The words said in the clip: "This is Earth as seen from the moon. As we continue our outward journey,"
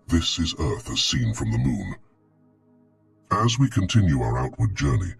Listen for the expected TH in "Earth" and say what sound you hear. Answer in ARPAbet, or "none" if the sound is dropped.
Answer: TH